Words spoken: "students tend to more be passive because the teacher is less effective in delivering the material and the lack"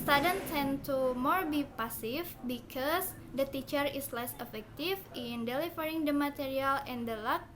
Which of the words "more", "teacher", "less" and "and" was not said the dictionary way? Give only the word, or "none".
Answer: none